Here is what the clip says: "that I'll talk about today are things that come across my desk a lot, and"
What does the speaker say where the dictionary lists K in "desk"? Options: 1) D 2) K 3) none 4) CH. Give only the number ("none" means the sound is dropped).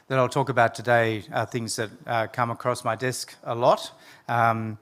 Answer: 2